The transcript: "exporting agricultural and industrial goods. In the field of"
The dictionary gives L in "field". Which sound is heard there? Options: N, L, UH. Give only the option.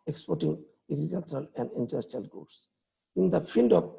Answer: N